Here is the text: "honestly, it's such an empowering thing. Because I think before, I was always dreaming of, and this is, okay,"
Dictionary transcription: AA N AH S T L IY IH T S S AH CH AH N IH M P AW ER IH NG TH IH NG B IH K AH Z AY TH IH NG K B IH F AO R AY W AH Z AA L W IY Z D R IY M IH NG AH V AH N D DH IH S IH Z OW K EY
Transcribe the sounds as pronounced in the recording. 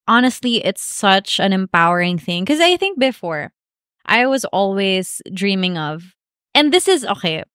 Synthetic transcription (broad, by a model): AA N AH S T L IY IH T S S AH CH AH N IH M P AW ER IH NG TH IH NG K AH Z AY TH IH NG K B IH F AO R AY W AH Z AA L W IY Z D R IY M IH NG AH V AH N DH IH S IH Z OW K EY